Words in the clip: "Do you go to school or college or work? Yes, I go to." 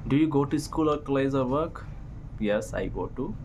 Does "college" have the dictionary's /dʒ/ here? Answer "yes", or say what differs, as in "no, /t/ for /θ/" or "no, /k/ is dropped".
no, /z/ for /dʒ/